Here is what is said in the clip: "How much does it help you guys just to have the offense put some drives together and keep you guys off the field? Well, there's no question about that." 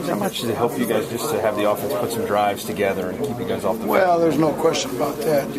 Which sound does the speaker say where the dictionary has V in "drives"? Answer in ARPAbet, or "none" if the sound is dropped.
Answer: V